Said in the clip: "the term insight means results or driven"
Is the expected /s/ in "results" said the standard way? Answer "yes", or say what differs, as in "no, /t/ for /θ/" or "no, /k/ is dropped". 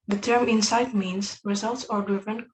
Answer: yes